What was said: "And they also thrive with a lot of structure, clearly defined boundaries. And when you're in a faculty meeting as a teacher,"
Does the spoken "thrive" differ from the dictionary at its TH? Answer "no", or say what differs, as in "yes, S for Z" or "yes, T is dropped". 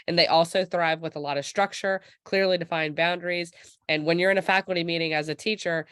no